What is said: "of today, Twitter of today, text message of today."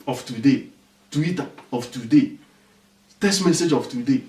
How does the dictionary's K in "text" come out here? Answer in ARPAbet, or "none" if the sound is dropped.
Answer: none